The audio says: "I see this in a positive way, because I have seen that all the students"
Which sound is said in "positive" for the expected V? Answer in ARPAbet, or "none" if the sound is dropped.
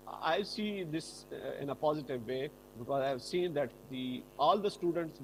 V